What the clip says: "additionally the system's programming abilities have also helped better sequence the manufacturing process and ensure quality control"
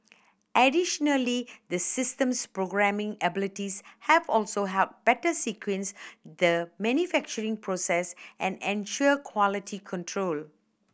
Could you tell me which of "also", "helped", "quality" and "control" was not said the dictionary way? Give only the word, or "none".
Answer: helped